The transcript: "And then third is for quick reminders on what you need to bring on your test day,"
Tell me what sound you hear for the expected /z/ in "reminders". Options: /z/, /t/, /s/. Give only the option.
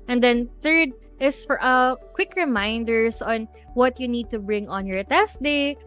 /s/